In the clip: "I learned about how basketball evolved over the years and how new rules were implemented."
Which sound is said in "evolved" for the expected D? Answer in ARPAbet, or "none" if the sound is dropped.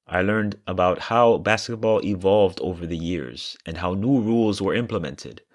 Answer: D